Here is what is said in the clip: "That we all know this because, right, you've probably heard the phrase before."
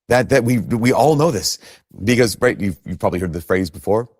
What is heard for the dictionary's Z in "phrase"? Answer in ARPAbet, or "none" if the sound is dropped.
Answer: Z